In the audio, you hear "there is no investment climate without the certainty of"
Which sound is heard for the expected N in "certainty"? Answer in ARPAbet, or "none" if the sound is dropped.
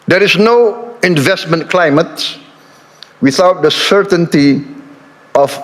N